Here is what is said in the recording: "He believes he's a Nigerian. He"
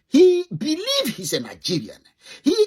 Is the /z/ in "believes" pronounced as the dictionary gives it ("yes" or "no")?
no